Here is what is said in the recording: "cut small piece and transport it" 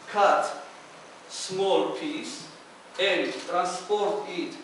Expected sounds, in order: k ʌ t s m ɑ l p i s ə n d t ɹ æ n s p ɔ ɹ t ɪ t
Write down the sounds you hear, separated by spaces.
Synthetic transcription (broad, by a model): k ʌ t s m ɑ l p i s ə n d t ɹ æ n s p ɔ ɹ t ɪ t